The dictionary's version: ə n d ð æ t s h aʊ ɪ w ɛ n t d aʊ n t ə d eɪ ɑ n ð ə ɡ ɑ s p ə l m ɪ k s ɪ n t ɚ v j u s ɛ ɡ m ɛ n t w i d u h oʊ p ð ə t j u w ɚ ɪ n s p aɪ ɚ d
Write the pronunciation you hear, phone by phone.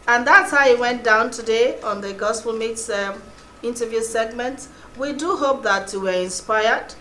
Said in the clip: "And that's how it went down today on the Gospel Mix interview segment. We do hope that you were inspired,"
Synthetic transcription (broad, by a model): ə n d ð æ t s h aʊ ɪ w ɛ n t d aʊ n t ə d eɪ ɑ n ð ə ɡ ɑ s p ə l m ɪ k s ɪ n t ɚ v j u s ɛ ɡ m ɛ n t w i d u h oʊ p ð ə t j u w ɚ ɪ n s p aɪ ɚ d